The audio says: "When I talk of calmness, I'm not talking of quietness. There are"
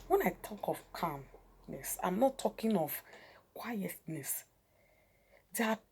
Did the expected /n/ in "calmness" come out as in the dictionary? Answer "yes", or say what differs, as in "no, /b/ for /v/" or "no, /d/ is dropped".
yes